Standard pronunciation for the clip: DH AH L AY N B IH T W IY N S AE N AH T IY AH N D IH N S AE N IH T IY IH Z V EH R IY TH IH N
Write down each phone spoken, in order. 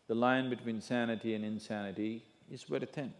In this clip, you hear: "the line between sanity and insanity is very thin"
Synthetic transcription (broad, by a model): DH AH L AY N B IH T W IY N S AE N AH T IY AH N IH N S AE N IH T IY IH Z W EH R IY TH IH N